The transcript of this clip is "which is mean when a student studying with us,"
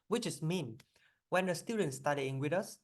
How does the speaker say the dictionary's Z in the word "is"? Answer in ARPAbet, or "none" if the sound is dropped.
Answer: S